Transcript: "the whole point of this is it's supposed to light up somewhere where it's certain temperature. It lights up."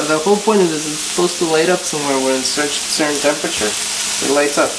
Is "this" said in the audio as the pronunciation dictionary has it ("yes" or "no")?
no